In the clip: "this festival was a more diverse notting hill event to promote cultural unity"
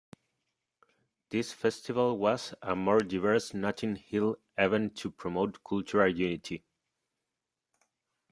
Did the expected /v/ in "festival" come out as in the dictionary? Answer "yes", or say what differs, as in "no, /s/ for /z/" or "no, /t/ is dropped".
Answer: yes